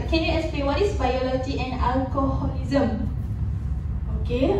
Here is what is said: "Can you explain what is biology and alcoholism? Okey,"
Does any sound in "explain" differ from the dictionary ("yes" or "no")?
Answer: yes